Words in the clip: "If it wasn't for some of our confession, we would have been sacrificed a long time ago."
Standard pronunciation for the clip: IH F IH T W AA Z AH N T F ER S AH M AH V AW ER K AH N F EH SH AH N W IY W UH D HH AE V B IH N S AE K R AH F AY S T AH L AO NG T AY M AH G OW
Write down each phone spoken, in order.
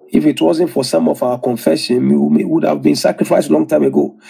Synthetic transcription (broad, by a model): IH F IH T W AA Z AH N T F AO S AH M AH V AW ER K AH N F EH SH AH N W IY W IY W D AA V B IH N S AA K R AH F AY S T L AO NG T AY M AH G OW